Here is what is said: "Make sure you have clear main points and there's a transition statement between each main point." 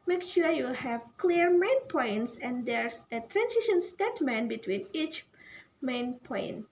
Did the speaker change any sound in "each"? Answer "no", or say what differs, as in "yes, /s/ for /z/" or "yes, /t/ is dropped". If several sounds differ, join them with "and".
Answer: no